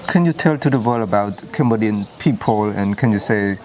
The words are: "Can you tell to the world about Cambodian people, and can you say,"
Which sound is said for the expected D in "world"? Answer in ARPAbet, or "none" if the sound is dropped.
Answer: none